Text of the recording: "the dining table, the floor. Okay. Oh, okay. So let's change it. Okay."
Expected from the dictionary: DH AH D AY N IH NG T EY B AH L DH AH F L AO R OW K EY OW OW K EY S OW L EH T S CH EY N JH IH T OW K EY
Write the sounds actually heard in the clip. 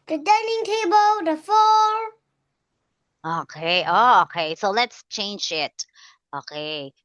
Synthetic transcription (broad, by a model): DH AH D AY N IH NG T EY B AH L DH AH F AO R OW K EY OW OW K EY S OW L EH T S CH EY N JH IH T OW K EY